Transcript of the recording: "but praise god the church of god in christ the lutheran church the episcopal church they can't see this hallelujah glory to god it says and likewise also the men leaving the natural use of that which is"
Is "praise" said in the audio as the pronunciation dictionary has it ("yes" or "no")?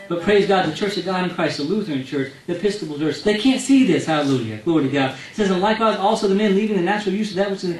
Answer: yes